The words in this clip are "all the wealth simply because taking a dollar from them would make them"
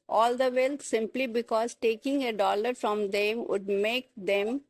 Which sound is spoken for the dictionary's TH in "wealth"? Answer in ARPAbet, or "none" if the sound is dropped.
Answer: T